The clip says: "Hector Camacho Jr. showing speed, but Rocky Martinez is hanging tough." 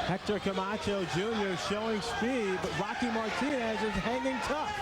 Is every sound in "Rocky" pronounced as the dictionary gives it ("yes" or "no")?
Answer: yes